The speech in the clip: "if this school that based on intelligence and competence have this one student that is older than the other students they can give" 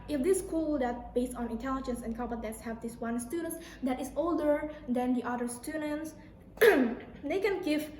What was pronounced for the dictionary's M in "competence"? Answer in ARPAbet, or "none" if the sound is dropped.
none